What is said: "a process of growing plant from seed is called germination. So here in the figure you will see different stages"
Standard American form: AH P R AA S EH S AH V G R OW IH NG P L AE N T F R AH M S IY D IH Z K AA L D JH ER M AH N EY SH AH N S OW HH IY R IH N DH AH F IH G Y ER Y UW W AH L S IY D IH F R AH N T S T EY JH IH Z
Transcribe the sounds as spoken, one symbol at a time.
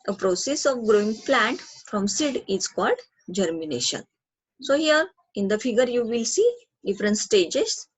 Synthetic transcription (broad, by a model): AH P R AA S EH S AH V G R OW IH NG P L AE N T F R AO M S IY D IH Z K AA L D JH ER M AH N EY SH AH N S OW HH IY R IH N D AH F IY G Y ER Y UW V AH L S IY D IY F R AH N T S T EY JH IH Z